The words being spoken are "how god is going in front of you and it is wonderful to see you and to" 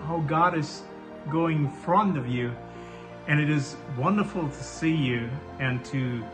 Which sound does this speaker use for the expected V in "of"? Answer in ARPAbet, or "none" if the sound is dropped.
V